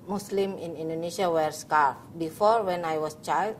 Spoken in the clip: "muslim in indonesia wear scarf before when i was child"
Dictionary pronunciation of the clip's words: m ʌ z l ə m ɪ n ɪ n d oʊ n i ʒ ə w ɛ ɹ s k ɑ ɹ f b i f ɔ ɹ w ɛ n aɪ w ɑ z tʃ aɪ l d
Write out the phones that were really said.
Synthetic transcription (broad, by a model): m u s l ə m ɪ n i n d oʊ n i ʃ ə w ɛ ɹ s k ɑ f b i f ɔ ɹ w ɛ n aɪ w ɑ s tʃ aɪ l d